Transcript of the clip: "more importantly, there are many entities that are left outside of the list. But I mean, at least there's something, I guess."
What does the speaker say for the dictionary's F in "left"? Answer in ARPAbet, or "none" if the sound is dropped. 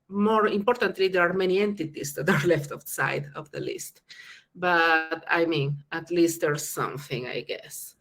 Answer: F